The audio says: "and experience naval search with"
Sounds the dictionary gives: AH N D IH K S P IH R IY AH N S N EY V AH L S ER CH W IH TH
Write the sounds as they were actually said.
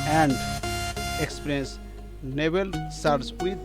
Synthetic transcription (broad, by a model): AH N D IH K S P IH R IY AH N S N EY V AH L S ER S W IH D